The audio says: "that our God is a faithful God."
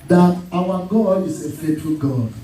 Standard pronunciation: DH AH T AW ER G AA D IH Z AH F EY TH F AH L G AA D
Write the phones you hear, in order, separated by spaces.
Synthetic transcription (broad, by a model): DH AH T AW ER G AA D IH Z AH F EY T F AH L G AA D